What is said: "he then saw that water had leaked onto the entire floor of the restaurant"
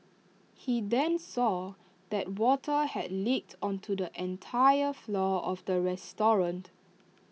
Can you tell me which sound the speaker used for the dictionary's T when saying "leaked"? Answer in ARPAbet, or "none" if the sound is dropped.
T